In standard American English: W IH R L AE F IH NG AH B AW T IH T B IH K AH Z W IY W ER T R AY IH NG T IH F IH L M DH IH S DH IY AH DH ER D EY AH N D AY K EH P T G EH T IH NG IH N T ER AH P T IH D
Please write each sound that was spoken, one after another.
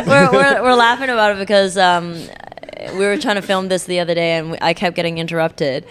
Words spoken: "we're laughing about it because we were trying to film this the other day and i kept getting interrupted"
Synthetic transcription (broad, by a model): W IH R L AE F IH NG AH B AW T IH T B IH K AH Z W IY W ER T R AY IH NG T IH F IH L M DH IH S DH IY AH DH ER D EY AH N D AY K EH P G EH T IH NG IH N T ER AH P T IH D